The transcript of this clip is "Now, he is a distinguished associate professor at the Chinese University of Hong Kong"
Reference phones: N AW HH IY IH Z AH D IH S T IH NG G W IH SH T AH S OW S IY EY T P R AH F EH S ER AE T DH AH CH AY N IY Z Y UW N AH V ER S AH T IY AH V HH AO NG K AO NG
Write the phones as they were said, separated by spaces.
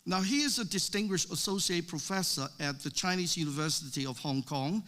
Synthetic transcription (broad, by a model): N AW HH IY IH Z AH D IH S T IH NG G W IH SH T AH S OW S IY EY T P R AH F EH S ER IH T DH AH CH AY N IY Z Y UW N AH V ER S AH T IY AH V HH AO NG K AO NG